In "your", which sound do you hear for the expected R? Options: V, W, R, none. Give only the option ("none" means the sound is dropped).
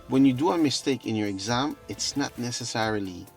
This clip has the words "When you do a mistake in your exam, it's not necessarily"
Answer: R